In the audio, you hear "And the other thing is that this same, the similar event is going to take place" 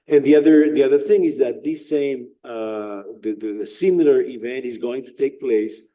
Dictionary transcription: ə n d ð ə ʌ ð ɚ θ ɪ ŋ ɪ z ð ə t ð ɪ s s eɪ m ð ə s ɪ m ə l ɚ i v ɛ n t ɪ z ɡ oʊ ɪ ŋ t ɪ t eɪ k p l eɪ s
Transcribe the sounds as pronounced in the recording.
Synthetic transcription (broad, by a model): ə n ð ð ə ʌ ð ɚ θ ɪ ŋ ɪ z ð ə t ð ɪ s s eɪ m ð ə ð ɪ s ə l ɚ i v ɛ n t ɪ z ɡ oʊ ɪ ŋ t ɪ t eɪ k p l eɪ s